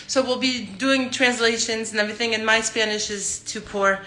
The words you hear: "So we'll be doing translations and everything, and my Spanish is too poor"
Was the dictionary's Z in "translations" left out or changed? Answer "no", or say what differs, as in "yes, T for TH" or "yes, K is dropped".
no